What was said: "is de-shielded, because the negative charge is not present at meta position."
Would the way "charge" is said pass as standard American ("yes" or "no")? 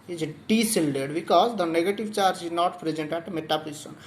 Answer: yes